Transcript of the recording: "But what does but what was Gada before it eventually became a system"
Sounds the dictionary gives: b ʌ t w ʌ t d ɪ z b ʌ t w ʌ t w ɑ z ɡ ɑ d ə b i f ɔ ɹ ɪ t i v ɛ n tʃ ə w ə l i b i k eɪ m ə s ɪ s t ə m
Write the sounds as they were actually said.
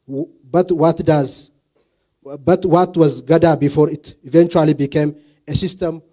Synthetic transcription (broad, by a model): b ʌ t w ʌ t d ɪ z b ʌ t w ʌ t w ɑ z ɡ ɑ d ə b i f ɔ ɹ ɪ t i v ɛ n tʃ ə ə l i b i k eɪ m ə s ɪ s t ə m